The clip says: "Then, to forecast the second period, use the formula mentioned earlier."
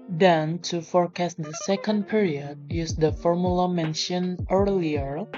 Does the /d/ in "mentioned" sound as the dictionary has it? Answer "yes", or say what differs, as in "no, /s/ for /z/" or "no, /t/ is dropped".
no, /d/ is dropped